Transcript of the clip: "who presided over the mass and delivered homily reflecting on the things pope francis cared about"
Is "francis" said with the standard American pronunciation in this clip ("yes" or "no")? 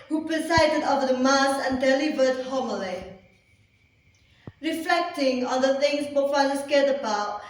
no